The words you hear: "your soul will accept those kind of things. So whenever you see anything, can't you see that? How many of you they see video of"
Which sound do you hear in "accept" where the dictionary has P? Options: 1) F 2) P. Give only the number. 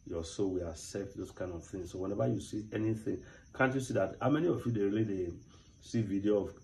1